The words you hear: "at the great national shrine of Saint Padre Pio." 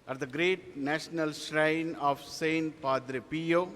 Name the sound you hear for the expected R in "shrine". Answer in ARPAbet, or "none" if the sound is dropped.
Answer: R